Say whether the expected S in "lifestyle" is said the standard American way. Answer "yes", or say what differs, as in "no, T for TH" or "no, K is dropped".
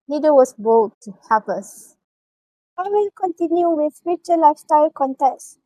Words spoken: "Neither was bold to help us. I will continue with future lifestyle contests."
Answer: yes